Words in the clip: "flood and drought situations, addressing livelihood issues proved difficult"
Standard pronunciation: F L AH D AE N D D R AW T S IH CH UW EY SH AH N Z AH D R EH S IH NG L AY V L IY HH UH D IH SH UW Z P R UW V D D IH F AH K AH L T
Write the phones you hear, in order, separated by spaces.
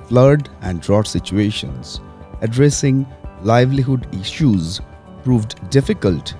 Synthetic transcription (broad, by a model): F L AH D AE N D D R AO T S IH CH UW EY SH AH N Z AH D R EH S IH NG L AY V L IY HH UH D IH SH UW Z P R UW V D D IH F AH K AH L T